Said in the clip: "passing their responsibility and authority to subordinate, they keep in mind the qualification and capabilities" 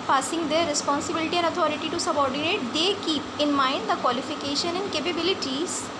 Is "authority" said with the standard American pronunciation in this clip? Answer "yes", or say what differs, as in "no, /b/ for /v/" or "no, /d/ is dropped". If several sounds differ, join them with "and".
no, /t/ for /θ/